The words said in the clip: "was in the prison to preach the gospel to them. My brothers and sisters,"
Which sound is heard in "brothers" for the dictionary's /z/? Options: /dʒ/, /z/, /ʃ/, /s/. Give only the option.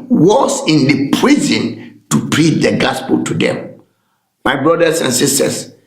/s/